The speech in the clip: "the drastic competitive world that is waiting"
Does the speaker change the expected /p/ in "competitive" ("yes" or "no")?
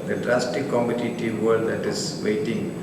yes